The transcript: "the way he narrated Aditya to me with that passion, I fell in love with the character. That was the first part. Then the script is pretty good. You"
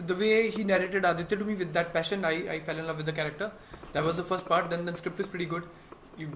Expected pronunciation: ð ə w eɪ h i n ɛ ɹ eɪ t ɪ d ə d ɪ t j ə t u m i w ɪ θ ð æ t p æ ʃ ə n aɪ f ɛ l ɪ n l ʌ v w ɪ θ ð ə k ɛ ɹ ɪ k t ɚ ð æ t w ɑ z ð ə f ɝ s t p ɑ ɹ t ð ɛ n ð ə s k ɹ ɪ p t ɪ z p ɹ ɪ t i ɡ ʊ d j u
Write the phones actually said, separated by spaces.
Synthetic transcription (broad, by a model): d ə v eɪ h i n ɛ ɹ eɪ t ɪ d ə d ɪ t j ə t u m i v ɪ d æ t p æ ʃ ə n aɪ f ɛ l ɪ n l ʌ v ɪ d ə k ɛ ɹ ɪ k t ɚ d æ t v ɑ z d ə f ɝ s t p ɑ ɹ t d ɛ n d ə s k ɹ ɪ p t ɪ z p ɹ ɪ t i ɡ ʊ d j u